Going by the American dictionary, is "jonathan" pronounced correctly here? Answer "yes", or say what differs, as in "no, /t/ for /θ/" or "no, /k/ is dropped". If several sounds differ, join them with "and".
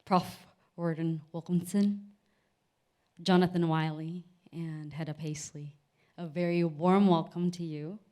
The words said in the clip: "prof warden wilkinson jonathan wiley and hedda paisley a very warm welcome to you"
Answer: yes